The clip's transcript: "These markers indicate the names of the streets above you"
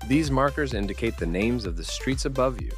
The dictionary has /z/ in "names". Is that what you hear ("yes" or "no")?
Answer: yes